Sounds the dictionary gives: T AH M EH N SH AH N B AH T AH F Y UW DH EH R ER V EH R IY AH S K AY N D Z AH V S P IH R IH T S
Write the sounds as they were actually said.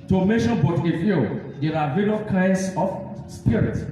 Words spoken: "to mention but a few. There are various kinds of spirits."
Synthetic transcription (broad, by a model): T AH M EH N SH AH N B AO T AH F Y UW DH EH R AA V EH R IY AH K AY N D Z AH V S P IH R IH T